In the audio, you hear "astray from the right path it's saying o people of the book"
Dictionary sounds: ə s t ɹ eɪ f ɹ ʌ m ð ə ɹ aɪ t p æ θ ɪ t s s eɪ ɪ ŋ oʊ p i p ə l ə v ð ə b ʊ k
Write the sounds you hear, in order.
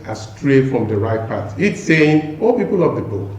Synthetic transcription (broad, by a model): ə s t ɹ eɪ f ɹ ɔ m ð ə ɹ aɪ t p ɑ t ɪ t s s eɪ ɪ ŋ oʊ p i p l l ə v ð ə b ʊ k